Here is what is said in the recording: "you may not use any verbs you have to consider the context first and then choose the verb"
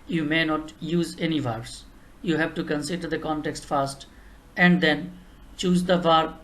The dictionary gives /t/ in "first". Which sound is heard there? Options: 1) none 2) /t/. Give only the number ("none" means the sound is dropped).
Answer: 2